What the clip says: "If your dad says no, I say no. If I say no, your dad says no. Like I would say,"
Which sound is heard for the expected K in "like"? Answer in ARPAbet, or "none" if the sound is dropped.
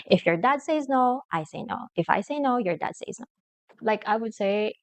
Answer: K